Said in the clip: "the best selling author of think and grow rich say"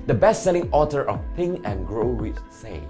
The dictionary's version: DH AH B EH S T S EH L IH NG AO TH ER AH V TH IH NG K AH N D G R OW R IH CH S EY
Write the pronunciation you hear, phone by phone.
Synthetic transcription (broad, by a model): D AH B EH S T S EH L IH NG AO T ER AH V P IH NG AH N G R OW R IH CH S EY